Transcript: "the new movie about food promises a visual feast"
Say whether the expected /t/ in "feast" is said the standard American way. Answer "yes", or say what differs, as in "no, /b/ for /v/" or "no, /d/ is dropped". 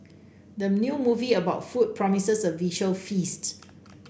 yes